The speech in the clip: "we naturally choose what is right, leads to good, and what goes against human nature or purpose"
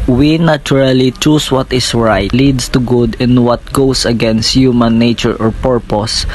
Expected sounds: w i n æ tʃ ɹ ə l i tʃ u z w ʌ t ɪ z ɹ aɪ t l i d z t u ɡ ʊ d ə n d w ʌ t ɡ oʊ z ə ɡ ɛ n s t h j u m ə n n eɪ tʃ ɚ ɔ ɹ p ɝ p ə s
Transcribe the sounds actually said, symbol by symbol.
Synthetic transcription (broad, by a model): w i n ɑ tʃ ɹ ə l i tʃ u s w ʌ t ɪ s ɹ aɪ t l i d s t u ɡ ʊ d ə n w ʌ t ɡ oʊ s ə ɡ ɛ n s t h j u m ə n n eɪ tʃ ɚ ɔ ɹ p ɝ p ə s